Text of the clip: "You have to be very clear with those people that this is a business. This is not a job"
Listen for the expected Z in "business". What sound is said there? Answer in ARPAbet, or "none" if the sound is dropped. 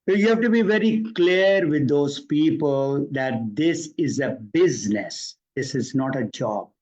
Z